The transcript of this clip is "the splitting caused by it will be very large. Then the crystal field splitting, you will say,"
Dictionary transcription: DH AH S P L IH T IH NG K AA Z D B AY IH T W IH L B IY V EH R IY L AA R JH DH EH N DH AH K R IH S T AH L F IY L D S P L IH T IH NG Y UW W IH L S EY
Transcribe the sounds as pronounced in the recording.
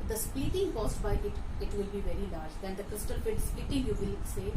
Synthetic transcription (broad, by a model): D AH S P IY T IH NG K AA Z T B AY IH T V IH L B IY V EH R IY L AA R JH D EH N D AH K R IH S T AH L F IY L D S P IY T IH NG Y UW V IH L S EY